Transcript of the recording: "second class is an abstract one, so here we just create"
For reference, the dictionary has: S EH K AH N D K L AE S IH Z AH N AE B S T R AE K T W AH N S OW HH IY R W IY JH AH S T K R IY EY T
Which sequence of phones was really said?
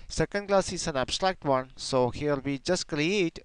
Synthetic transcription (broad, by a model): S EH K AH N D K L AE S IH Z AH N AE B S T R AE K T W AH N S OW HH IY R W IY JH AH S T K R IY EY T